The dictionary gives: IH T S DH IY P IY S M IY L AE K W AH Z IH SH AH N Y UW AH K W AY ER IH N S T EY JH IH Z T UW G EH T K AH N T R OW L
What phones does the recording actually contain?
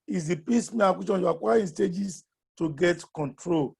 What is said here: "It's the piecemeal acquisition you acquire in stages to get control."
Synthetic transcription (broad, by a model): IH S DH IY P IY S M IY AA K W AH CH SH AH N Y UW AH K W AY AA IH N S T EY JH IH S T UW G EH T K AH N T R OW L